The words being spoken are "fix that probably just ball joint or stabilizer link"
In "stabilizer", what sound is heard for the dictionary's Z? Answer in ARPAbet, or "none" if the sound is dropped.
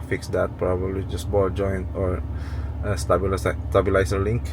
S